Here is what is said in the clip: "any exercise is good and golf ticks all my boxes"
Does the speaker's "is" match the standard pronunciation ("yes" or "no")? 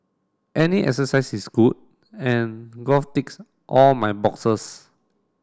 no